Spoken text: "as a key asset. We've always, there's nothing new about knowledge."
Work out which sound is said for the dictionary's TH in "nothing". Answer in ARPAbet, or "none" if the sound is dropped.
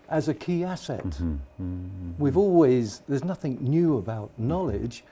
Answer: TH